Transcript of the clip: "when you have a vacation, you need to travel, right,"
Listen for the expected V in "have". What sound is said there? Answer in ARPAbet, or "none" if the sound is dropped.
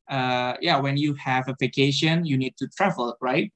V